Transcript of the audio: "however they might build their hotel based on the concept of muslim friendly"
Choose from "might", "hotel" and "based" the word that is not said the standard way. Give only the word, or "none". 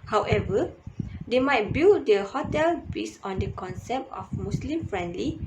based